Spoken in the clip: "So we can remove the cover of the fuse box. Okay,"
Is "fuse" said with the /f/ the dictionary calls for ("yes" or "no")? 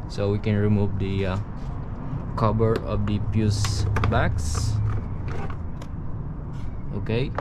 no